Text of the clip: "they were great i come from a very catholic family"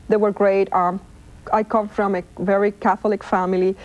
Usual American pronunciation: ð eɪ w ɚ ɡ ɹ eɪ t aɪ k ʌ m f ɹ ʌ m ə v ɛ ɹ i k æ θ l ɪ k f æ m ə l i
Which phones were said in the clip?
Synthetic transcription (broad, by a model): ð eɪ w ɚ ɡ ɹ eɪ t aɪ k ʌ m f ɹ ʌ m ə v ɛ ɹ i k æ θ l ɪ k f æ m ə l i